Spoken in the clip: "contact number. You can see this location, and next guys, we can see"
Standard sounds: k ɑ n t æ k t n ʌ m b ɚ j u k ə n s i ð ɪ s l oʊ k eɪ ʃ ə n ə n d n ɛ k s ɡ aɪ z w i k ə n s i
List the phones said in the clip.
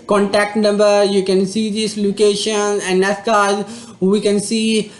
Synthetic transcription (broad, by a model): k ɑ n t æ k t n ʌ m b ɚ j u k ə n s i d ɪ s l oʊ k eɪ ʃ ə n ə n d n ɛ s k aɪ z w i k ə n s i